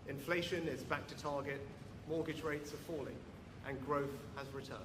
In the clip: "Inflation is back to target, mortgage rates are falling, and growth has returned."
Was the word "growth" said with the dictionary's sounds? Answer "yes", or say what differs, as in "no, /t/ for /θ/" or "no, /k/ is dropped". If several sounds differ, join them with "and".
yes